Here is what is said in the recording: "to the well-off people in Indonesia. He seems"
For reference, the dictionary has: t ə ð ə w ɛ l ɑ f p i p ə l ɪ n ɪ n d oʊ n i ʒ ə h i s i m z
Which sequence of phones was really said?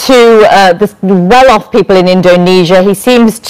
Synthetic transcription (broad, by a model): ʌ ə ð ə w ɛ l ɑ f p i p ə l ɪ n ɪ n d oʊ n i ʒ ə h i s i m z